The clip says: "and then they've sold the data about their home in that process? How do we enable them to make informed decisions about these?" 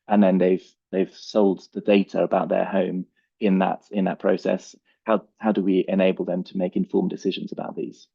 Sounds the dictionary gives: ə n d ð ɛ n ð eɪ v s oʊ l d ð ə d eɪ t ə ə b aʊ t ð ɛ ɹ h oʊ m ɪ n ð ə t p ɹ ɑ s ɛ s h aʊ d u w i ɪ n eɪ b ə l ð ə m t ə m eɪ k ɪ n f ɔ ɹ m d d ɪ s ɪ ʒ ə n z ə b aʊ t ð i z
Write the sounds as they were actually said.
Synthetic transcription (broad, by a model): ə n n ð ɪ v ð eɪ v s oʊ l d ð ə d eɪ t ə ə b aʊ t ð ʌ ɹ h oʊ m ɪ n ð ə t p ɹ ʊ s ɛ s h aʊ d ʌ w i ɪ n eɪ b ə l ð ə m t ə m eɪ k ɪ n f ɔ m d d ɪ s ɪ ʒ ə n z ə b aʊ t ð i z